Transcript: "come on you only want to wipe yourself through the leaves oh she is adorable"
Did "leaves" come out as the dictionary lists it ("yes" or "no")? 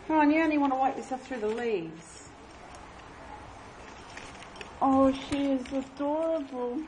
yes